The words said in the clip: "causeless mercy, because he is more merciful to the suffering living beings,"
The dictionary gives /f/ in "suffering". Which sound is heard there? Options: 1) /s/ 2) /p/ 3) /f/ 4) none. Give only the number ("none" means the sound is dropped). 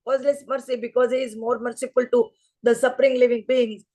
2